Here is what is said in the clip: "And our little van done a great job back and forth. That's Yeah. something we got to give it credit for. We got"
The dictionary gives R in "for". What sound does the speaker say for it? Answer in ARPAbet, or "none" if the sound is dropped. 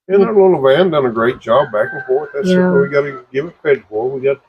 L